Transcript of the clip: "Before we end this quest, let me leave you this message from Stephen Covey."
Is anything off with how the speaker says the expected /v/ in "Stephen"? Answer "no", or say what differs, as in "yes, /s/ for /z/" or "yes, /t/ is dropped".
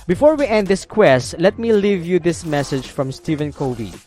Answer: no